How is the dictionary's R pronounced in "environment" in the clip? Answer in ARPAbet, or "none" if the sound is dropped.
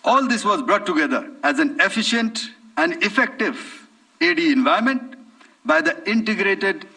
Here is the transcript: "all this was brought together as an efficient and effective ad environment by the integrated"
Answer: none